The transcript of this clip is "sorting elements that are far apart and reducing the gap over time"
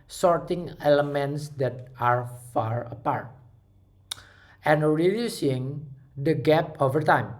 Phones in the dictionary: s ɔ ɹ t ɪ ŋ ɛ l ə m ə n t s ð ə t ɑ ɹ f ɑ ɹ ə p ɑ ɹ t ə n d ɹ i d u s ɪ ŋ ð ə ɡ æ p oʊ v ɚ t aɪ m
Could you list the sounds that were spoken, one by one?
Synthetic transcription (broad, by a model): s ɔ ɹ t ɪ ŋ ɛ l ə m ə n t s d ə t ɑ ɹ f ɑ ɹ ə p ɑ ɹ t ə n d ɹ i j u s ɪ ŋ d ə ɡ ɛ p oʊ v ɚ t aɪ m